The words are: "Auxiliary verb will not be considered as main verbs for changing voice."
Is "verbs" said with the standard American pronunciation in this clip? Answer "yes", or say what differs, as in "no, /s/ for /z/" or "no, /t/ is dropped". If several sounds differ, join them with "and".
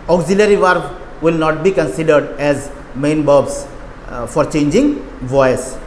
no, /b/ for /v/